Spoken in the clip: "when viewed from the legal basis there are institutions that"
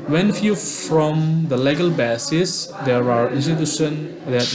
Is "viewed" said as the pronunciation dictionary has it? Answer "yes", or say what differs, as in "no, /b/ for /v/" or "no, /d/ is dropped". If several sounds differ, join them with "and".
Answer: no, /f/ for /v/